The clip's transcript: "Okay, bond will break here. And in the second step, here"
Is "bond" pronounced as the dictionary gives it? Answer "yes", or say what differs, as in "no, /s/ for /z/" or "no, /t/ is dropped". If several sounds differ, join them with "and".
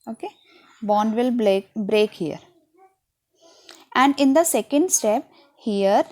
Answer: yes